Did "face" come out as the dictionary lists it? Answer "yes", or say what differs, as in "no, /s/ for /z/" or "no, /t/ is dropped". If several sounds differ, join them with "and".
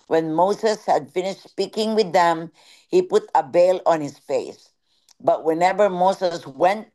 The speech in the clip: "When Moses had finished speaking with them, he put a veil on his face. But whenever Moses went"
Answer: yes